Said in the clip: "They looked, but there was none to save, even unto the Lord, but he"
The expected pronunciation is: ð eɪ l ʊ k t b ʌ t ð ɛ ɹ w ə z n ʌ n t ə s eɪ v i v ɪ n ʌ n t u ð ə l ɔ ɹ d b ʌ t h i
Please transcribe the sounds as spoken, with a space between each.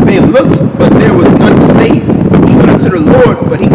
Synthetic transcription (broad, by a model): ð eɪ l ʊ k t b ʌ t ð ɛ ɹ w ə z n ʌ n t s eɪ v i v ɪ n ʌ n s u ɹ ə l ɔ ɹ d b ʌ t h i